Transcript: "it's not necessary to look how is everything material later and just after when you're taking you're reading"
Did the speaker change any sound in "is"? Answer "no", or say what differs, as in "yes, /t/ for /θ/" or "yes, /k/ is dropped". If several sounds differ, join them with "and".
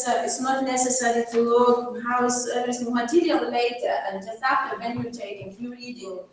yes, /s/ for /z/